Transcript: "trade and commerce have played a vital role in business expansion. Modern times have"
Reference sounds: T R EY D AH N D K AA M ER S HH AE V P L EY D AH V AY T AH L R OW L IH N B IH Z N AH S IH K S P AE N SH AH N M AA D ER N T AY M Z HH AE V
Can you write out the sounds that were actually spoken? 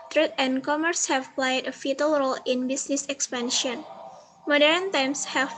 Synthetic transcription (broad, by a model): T R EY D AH N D K AA M ER S HH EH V P L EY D AH F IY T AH L R OW L IH N B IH S N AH S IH K S P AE N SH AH N M AA D ER N T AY M S HH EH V